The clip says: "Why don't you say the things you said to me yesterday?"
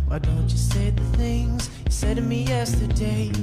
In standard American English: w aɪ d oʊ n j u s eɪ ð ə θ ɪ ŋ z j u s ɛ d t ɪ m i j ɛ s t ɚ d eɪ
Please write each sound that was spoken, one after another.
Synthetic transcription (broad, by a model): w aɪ d oʊ n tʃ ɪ s eɪ ð ə θ ɪ ŋ z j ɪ s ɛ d t ɪ m i j ɛ s t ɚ d eɪ